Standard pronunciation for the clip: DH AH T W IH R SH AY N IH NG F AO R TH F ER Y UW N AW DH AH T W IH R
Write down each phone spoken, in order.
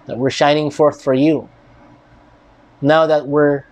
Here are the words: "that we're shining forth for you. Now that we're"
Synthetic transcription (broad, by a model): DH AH T W IH R SH AY N IH NG F AO R TH F ER Y UW N AW DH AH T W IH R